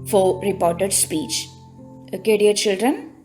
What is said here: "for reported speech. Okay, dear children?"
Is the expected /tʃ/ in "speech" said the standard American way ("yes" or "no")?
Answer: yes